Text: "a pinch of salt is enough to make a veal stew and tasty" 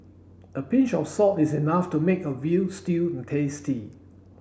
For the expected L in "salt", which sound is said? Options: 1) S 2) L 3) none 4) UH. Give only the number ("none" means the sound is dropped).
3